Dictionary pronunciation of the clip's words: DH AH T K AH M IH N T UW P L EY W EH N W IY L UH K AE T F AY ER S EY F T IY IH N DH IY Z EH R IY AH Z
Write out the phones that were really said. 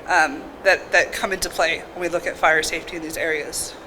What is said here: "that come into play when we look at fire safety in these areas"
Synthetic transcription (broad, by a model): DH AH T K AH M IH N T UW P L EY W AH N W IY L UH K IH T F AY ER S EY F T IY IH N DH IY Z EH R IY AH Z